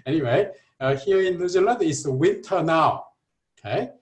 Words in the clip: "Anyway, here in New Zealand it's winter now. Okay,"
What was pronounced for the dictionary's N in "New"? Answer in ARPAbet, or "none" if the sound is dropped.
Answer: L